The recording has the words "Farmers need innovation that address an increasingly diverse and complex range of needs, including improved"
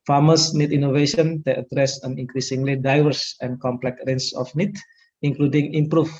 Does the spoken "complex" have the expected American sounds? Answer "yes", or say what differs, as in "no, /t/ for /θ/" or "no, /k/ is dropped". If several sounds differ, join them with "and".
no, /s/ is dropped